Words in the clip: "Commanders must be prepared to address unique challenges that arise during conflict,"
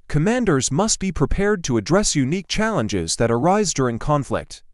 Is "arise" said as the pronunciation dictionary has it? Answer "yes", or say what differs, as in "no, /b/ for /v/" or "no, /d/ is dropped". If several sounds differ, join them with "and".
yes